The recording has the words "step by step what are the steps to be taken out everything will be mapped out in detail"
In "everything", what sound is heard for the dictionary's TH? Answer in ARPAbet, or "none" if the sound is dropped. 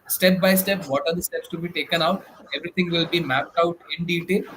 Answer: T